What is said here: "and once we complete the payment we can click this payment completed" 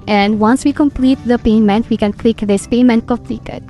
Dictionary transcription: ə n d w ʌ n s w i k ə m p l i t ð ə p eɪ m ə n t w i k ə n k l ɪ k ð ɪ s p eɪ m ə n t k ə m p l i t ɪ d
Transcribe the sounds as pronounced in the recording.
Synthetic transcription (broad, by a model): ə n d w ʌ n s w i k ə m p l i t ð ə p eɪ m ə n t w i k ə n k l ɪ k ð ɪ s p eɪ m ə n t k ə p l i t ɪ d